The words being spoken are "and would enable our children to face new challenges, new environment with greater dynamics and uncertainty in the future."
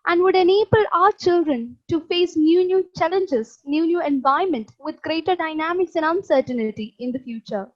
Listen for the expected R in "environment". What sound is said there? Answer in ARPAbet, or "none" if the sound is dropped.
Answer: none